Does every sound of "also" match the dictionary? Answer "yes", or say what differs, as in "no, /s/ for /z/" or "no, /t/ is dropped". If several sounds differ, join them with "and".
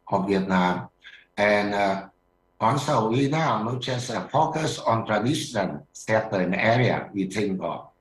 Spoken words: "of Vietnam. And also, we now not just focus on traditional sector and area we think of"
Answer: no, /n/ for /l/